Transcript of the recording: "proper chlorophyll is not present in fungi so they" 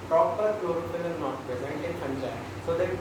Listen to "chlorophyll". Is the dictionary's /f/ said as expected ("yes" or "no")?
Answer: no